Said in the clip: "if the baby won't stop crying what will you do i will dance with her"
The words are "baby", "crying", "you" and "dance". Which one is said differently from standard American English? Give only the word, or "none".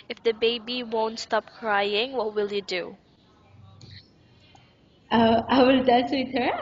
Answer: dance